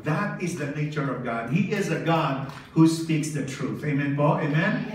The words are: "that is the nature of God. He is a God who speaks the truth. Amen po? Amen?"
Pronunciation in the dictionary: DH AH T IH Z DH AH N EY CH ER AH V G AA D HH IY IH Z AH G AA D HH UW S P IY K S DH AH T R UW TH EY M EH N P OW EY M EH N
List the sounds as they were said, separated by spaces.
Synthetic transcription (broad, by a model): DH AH T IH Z DH AH N EY CH ER AH V G AA D HH IY IH Z AH G AA D HH UW S P IY K S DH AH T R UW TH EY M EH N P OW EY M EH N